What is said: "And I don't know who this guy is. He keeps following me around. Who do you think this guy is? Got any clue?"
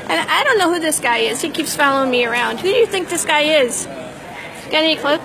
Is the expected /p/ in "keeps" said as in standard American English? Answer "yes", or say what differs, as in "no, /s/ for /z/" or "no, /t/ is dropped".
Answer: yes